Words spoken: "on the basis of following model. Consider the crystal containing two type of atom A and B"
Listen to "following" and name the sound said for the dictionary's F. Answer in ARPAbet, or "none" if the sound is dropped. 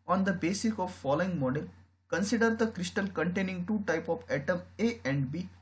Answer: F